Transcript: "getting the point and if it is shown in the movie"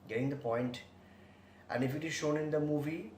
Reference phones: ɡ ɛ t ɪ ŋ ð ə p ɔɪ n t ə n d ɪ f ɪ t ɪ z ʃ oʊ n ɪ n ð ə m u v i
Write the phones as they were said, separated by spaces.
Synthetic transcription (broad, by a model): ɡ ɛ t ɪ ŋ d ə p ɔɪ n t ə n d ɪ f ɪ t ɪ z ʃ oʊ n ɪ n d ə m u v i